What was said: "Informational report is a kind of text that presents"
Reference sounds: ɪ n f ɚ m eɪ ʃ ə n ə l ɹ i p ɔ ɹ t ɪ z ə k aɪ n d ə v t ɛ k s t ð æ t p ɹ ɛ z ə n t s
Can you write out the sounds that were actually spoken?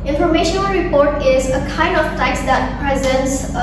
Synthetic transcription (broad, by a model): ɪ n f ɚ m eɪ ʃ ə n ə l ɹ i p ɔ ɹ t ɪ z ə k aɪ n d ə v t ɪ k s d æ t p ɹ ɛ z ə n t s